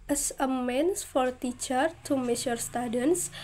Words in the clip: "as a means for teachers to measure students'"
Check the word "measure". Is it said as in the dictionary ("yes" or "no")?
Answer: no